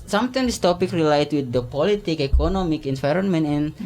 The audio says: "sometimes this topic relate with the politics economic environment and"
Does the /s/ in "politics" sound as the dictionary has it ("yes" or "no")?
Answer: no